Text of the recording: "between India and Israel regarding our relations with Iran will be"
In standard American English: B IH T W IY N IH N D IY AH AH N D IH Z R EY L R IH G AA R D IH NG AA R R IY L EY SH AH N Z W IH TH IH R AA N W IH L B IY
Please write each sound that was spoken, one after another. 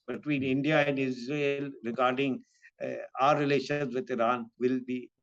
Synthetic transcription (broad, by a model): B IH T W IY N IH N D IY AH AH N D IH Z R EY L R IH G AA R D IH NG AA R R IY L EY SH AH N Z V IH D IH R AA N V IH L B IY